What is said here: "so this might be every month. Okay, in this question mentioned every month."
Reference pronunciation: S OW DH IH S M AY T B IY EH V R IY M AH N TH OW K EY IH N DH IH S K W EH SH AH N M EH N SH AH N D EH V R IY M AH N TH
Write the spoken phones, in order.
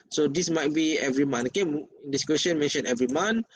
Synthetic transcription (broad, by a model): S OW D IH S M AY T B IY EH V R IY M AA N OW K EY IH N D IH S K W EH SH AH N M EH N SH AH N EH V R IY M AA N